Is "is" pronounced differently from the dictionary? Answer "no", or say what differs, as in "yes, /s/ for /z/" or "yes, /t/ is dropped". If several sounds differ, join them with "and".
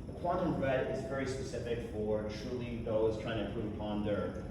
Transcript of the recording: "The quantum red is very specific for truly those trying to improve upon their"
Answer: no